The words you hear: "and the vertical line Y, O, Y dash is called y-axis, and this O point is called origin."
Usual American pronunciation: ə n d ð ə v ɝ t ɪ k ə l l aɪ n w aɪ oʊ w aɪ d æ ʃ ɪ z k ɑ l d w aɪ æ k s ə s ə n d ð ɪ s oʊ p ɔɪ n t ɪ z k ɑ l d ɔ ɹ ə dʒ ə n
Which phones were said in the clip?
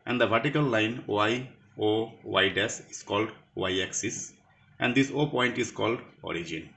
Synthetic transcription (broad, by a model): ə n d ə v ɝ t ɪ k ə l l aɪ n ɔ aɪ oʊ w aɪ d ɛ s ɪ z k ɑ l d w aɪ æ k s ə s ə n d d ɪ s oʊ p ɔɪ n t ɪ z k ɑ l d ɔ ɹ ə dʒ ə n